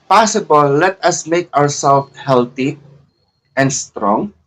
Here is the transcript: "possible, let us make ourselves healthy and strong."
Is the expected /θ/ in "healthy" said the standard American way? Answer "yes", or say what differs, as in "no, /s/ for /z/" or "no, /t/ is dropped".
no, /t/ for /θ/